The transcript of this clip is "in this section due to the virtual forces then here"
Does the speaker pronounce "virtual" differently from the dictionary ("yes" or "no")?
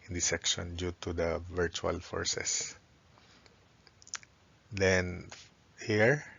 no